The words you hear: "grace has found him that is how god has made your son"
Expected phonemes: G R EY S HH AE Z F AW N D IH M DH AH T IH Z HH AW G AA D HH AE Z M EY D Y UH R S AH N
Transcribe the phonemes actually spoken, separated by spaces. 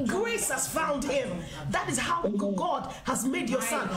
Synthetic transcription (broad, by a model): G R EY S HH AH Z F AW N D IH M DH AH T IH Z HH AW G AA D HH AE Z M EY D Y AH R S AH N